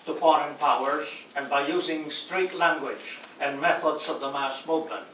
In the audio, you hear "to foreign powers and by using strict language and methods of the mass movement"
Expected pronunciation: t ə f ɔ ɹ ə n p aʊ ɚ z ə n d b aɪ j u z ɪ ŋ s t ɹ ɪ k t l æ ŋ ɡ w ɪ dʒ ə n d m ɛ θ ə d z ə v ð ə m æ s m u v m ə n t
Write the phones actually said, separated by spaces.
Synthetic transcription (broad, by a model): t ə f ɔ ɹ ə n p aʊ ɚ z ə n b aɪ j u z ɪ ŋ s t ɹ ɪ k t l æ ŋ ɡ w ɪ dʒ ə n m ɛ θ ə d z ə v ð ə m æ s m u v m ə n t